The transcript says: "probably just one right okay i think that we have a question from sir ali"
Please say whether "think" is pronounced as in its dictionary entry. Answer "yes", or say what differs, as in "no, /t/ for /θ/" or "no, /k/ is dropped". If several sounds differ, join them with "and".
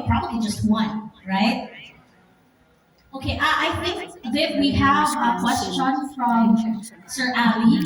yes